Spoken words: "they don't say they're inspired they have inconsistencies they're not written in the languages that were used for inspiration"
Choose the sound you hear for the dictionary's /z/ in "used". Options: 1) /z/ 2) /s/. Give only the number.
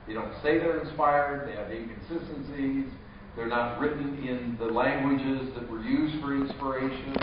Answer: 1